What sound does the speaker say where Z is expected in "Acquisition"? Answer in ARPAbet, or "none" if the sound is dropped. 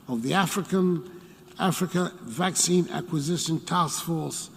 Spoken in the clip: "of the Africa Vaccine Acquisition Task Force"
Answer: Z